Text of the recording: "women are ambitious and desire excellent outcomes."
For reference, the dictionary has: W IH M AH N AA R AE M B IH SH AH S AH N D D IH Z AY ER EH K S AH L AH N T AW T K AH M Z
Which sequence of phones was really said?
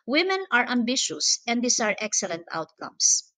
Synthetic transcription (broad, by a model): W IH M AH N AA R AE M B IH SH AH S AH N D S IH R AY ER EH K S AH L AH N T AW T K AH M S